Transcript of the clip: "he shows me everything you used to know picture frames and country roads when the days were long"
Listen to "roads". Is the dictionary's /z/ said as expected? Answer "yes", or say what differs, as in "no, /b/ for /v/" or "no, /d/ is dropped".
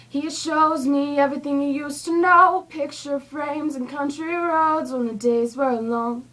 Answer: yes